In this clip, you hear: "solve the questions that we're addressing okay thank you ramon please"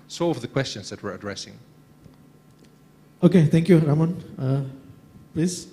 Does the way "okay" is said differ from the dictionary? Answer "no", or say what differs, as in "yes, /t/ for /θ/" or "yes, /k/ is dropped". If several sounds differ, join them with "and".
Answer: no